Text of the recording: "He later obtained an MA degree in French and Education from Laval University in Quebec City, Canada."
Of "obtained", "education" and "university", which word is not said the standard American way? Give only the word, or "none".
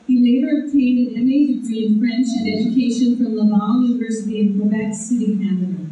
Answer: none